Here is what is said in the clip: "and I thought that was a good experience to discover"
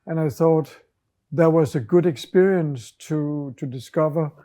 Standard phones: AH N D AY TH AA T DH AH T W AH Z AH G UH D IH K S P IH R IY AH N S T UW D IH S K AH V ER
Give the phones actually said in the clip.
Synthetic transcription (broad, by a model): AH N AY TH AA T DH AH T W AH Z AH G UH D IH K S P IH R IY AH N S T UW D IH S K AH V ER